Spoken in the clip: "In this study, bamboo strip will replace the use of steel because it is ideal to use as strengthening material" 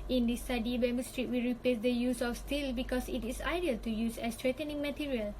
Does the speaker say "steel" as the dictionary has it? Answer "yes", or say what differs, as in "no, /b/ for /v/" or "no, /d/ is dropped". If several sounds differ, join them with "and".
yes